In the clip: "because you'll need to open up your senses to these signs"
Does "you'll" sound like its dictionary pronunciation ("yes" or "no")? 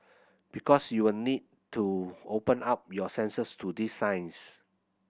no